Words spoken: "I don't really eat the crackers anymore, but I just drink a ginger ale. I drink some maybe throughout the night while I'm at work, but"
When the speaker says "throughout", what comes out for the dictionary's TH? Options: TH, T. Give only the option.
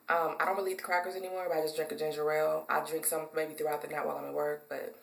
TH